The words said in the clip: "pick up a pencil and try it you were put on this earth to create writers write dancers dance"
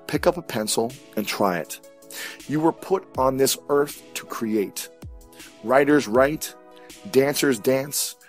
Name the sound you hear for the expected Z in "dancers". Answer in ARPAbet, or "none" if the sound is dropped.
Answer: Z